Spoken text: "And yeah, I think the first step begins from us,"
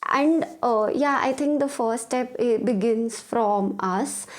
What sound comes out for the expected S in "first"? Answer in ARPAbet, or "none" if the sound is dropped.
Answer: none